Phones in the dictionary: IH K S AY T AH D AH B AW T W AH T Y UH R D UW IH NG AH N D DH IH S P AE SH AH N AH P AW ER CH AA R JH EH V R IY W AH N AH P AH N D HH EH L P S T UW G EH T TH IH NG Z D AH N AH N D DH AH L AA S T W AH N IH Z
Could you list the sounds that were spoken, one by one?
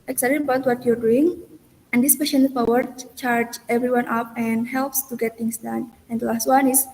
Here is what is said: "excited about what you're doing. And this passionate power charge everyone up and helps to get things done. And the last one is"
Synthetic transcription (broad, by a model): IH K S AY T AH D AH B AW T W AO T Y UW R D UW IH NG AH N D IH S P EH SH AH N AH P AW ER CH AA R JH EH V R IY W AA N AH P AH N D HH EH L P S T UW G EH T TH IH NG S D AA N AH N D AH L AA S T W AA N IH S